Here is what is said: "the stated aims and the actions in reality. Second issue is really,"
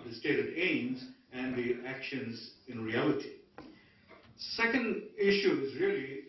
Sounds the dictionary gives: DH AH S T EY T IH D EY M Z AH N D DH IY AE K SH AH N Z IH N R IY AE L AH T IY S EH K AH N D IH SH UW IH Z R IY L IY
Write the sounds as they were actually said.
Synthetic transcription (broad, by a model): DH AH S T EY T IH D EY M Z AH N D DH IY AE K SH AH N Z IH N R IY AE L AH T IY S EH K AH N D IH SH UW IH Z R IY L IY